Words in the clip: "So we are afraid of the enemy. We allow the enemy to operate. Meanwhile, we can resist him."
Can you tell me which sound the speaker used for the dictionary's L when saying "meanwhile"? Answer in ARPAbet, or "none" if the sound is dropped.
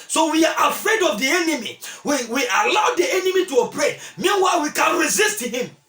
L